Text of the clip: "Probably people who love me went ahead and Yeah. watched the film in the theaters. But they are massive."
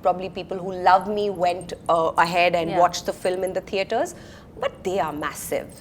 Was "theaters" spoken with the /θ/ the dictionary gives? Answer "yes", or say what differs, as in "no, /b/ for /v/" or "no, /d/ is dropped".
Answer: no, /t/ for /θ/